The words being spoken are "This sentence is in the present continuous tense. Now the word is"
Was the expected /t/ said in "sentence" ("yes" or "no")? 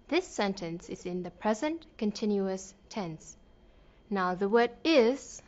yes